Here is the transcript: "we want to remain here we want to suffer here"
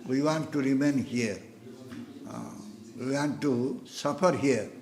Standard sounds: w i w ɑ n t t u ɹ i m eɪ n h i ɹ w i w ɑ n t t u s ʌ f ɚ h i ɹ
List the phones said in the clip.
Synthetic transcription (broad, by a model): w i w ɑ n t t u ɹ i m eɪ n h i ɹ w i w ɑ n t t u s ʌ p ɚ h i ɹ